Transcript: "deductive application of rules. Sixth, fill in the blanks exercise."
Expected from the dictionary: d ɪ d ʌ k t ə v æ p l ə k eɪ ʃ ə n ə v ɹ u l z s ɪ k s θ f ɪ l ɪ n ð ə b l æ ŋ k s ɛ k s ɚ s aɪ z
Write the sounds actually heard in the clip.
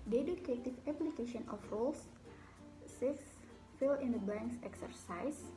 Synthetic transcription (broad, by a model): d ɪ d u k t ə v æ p l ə k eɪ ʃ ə n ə f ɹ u l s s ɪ s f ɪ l ɪ n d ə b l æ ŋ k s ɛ k s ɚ s aɪ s